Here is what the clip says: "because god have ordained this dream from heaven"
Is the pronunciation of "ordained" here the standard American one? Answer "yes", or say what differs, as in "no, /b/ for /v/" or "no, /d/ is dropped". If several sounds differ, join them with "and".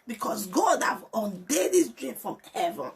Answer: no, /n/ is dropped